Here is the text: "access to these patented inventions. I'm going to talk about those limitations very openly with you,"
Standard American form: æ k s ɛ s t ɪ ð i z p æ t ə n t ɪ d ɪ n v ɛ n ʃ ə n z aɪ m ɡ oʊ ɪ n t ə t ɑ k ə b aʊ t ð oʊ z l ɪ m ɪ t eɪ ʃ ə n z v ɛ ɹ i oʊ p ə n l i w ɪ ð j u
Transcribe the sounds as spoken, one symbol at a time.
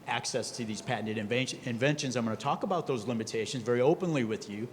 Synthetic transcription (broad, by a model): æ k s ɛ s t ɪ ð i z p æ t n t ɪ d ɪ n v ɛ n ʃ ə n z aɪ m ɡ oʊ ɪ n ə t ɑ k ə b aʊ t ð oʊ z l ɪ m ɪ t eɪ ʃ ə n z v ɛ ɹ i oʊ p ə n l i w ɪ ð j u